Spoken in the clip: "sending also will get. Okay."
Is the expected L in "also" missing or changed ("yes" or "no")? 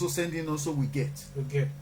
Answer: yes